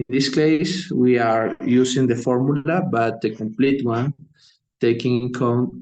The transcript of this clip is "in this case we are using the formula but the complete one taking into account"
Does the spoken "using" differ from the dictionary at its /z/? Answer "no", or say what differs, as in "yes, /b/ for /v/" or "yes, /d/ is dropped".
yes, /s/ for /z/